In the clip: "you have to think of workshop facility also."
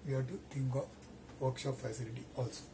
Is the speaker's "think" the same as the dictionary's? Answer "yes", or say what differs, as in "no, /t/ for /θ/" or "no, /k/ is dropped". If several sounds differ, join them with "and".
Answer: no, /t/ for /θ/